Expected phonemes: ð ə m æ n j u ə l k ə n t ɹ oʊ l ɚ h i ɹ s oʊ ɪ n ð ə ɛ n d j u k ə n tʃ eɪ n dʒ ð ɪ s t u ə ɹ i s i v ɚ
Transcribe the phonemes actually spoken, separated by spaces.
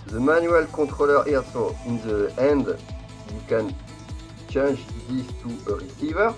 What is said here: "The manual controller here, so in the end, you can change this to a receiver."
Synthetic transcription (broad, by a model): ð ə m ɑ n j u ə l k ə t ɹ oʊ l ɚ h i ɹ s oʊ ɪ n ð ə ɛ n d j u k ə n tʃ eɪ n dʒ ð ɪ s t u ə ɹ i s i v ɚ